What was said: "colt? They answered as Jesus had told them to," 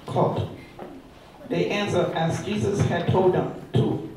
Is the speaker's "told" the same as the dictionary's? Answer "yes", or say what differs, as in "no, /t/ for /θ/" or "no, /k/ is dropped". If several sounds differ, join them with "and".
yes